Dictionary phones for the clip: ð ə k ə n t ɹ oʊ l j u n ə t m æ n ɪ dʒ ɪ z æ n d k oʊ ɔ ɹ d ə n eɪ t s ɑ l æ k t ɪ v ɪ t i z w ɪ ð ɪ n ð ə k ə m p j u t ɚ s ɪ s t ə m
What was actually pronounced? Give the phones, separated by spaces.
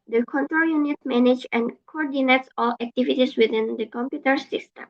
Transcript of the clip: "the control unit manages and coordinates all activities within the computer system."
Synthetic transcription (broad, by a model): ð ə k ə n t ɹ oʊ l j u n ə t m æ n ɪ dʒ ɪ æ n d k oʊ ɔ ɹ d ə n eɪ t s ɑ l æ k t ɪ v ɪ t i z w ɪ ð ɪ n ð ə k ə m p j u t ɚ s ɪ s t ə m